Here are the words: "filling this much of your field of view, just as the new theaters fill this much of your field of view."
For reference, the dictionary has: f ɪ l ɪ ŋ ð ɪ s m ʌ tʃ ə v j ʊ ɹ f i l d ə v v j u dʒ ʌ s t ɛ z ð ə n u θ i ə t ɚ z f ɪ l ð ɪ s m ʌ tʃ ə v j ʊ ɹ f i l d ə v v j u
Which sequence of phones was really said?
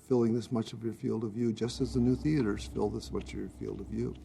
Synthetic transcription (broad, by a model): f ɪ l ɪ ŋ ð ɪ s m ʌ tʃ ə v j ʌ ɹ f i l d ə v v j u dʒ ʌ s t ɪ z ð ə n u θ i ə t ɚ z f ɪ l ð ɪ s m ʌ tʃ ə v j ɹ f i l d ə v v j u